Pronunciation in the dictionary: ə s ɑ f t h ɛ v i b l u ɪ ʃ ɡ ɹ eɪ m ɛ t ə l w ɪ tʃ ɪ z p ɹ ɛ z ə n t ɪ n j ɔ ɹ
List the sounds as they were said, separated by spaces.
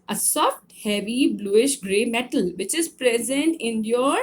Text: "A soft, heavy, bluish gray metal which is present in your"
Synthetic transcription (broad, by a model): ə s ɑ f t h ɛ v i b l u ɪ ʃ ɡ ɹ eɪ m ɛ t ə l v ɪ tʃ ɪ z p ɹ ɛ z ə n t ɪ n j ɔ ɹ